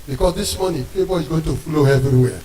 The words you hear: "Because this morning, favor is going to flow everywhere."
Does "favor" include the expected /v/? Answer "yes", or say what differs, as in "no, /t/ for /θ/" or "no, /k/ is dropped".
no, /b/ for /v/